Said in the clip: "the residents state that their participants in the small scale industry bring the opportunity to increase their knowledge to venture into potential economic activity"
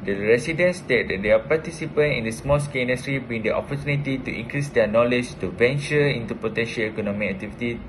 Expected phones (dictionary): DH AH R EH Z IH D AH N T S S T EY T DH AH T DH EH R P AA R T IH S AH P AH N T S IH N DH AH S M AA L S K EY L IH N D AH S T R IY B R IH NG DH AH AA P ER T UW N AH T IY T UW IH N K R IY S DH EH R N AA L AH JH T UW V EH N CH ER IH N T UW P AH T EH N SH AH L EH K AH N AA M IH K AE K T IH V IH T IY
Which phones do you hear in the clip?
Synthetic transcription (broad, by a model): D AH R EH S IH D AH N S S T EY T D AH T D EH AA P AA T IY S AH P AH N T IH N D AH S M AA L S K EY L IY N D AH S T R IY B IY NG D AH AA P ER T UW N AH T IY T UW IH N K R IY S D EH N AA L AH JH T UW V EH N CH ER IH N T UW P AH T EH N SH AH L EH K AH N AA M IH K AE K T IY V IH T IY